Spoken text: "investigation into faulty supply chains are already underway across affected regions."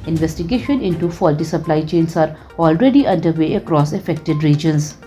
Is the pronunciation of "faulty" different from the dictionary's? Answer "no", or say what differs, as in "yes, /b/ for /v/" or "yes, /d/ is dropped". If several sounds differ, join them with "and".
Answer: no